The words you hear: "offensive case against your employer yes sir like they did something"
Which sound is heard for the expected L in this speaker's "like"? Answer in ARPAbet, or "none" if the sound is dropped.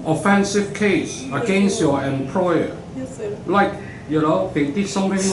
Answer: N